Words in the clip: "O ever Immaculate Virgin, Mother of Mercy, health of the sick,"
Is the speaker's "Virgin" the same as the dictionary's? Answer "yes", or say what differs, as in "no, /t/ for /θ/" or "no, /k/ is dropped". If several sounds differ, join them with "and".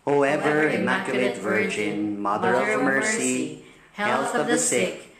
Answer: yes